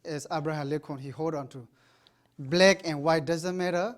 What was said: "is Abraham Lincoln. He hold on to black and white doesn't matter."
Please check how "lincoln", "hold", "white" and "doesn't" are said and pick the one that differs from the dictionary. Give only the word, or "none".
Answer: lincoln